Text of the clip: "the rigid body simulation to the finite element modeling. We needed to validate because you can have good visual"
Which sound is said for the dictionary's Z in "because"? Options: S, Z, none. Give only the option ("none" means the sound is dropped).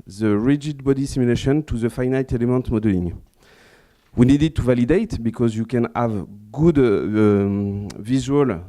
Z